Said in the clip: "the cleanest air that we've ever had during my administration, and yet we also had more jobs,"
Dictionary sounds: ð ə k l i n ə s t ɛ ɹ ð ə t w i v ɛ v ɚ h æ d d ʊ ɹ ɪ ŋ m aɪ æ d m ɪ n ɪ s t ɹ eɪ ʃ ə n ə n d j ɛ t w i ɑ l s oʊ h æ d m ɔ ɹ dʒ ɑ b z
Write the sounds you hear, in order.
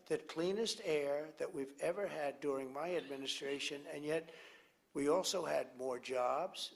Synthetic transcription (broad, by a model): ð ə k l i n ə s t ɛ ɹ ð ə t w i v ɛ v ɚ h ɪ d d ʊ ɹ ɪ ŋ m aɪ æ d m ɪ n ɪ s t ɹ eɪ ʃ ə n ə n j ɛ t w i ɑ l s oʊ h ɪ d m ɔ ɹ dʒ ɑ b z